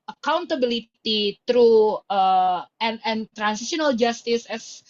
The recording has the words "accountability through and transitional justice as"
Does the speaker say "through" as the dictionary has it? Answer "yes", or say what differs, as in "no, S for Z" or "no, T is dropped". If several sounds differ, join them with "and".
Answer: no, T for TH